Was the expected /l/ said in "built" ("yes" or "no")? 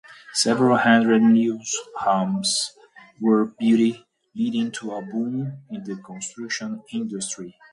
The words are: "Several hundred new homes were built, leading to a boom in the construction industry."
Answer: no